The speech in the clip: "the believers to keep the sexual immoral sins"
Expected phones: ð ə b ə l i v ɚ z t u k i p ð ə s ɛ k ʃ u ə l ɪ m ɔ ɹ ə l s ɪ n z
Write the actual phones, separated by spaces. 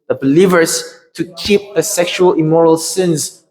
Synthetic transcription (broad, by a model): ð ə b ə l i v ɚ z t u k i p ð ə s ɛ k ʃ u ə l ɪ m ɔ ɹ ə l s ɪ n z